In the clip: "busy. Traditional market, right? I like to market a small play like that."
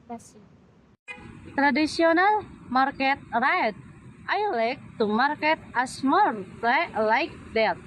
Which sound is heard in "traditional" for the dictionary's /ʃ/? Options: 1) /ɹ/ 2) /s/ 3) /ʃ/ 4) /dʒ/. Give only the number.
2